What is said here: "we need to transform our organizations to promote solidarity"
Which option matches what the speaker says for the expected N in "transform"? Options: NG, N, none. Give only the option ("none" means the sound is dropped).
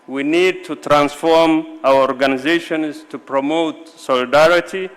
N